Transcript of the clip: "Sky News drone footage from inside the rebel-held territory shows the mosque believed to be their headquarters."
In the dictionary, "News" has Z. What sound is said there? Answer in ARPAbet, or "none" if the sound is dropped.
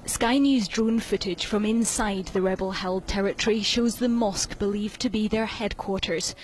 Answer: Z